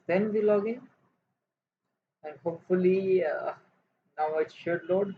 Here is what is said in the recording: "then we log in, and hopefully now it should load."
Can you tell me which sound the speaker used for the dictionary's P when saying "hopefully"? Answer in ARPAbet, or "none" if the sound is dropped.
P